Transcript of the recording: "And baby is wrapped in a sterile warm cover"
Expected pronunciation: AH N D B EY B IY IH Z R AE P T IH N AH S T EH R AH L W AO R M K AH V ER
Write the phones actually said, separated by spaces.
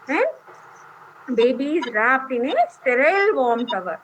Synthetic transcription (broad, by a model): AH N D B EY B IY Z R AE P T IH N AH S T EH R AH L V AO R M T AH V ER